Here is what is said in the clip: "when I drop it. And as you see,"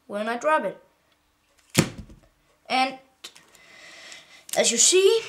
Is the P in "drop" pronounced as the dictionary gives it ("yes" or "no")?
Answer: no